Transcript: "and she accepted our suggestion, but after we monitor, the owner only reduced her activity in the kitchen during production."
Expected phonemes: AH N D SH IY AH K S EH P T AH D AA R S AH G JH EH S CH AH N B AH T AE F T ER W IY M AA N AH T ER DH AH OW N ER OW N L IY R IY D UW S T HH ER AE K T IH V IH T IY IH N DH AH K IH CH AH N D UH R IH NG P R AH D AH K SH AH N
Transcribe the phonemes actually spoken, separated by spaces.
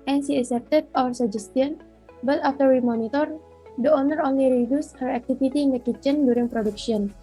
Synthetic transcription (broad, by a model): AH N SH IY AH S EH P T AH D AA R S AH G JH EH S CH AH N B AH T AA F T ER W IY M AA N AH T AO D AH OW N ER OW N L IY R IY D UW S T HH ER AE K T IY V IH T IY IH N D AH K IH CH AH N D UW R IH NG P R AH D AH K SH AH N